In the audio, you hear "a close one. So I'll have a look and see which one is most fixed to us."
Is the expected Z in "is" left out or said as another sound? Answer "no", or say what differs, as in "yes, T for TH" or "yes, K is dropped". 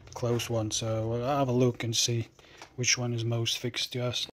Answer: no